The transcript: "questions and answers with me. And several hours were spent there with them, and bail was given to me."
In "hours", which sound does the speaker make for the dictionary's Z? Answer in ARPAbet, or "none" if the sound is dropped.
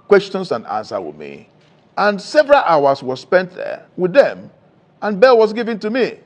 S